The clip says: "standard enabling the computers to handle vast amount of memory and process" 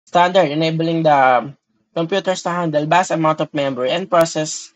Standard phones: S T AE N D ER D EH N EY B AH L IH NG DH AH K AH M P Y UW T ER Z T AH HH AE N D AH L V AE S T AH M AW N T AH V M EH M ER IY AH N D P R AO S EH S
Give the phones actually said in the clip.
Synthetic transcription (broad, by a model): S T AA N D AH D EH N EY B AH L IH NG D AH K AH M P Y UW T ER S T AH HH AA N D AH L B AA S AH M AW N T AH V M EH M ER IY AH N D P R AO S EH S